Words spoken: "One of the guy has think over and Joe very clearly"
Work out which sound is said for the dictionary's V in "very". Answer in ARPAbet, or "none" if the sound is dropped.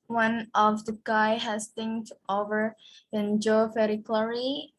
F